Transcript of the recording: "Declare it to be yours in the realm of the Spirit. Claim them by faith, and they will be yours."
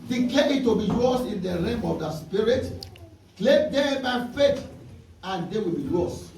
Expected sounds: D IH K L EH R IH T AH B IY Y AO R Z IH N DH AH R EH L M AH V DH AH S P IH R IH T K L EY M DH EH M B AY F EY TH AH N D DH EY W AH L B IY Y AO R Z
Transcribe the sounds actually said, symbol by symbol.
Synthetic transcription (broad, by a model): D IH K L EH IH T AH B IY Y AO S IH N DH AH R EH M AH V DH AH S P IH R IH T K L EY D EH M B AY F EY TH AH N D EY W AH L B IY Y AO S